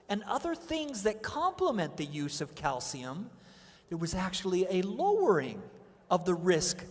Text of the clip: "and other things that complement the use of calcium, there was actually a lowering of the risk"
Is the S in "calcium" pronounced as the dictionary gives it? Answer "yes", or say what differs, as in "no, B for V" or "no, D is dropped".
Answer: yes